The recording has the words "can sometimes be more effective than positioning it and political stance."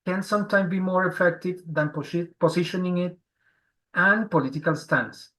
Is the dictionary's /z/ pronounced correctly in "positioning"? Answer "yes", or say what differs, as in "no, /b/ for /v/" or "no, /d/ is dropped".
no, /s/ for /z/